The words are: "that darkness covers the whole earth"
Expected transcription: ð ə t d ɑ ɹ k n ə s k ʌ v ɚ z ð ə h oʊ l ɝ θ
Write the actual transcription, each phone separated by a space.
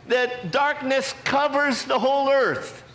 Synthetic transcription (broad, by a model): ð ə t d ɑ ɹ k n ə s k ʌ v ɚ z ð ə h oʊ l ɝ θ